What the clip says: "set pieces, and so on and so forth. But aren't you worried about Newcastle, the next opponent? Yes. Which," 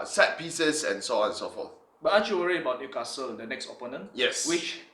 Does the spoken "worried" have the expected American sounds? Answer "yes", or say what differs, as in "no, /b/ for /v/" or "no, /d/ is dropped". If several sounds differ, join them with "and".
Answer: no, /d/ is dropped